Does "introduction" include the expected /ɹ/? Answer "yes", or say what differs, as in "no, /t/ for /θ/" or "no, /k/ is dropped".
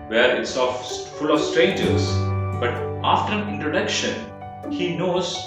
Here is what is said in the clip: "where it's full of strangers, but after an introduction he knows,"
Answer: yes